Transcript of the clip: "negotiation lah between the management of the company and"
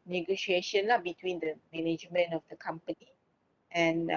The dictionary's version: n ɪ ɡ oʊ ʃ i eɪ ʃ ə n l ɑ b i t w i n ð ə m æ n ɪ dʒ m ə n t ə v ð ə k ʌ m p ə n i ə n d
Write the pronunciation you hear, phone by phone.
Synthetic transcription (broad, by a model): n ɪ ɡ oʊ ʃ i eɪ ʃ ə n l ɑ b i t w i n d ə m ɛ n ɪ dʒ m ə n ə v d ə k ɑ m p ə n i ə n